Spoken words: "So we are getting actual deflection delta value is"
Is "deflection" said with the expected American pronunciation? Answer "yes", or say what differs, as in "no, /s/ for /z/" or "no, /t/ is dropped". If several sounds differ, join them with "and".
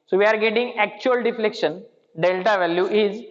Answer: yes